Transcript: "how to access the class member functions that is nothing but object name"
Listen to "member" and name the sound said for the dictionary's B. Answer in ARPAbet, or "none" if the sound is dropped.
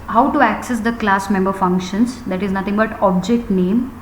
B